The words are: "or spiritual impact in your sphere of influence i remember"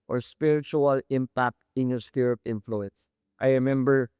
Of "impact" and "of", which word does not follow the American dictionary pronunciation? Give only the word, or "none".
of